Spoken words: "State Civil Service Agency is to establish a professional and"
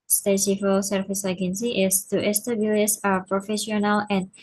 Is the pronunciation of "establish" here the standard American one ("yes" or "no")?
no